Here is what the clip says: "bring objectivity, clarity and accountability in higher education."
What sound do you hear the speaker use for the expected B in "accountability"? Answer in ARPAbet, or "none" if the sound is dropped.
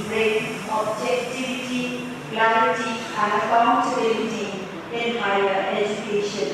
none